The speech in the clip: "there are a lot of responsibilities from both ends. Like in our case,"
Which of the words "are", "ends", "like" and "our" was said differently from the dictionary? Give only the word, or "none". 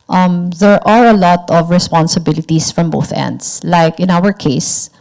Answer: ends